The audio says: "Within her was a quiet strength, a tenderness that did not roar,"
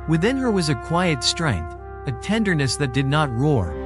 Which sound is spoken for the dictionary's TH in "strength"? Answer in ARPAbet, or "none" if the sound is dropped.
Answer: TH